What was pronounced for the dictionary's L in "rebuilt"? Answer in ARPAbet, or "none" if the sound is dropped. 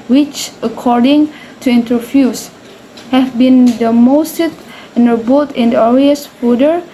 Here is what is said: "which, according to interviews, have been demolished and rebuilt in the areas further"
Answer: none